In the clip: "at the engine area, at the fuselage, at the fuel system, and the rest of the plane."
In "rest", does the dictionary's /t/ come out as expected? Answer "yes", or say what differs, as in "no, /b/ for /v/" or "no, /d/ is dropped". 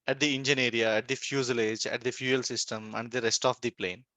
yes